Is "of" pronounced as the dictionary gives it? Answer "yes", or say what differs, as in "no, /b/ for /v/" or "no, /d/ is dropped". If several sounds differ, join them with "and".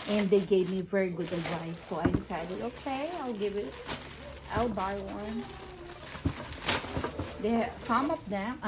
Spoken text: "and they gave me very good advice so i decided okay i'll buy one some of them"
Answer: no, /p/ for /v/